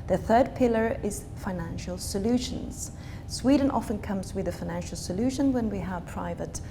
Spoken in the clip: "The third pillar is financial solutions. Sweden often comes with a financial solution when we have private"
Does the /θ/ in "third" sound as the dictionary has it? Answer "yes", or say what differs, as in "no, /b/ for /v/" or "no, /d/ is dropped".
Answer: yes